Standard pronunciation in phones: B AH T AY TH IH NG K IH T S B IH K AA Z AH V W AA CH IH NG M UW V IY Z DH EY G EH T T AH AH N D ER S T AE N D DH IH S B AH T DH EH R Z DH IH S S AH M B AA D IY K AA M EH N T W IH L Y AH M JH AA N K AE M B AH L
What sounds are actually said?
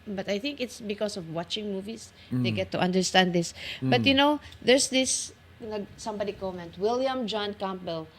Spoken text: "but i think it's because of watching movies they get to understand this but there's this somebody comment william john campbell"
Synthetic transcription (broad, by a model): B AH T AY TH IH NG K IH T S B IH K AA S AH V W AA CH IH NG M UW V IY S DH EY G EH T T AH AH N D ER S T AE N D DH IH S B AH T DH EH R S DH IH S S AH M B AA D IY K AA M EH N T W IH L Y AH M JH AA N K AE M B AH L